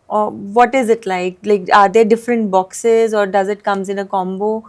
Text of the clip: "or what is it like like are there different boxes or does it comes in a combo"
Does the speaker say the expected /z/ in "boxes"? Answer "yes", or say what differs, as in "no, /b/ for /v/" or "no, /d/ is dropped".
yes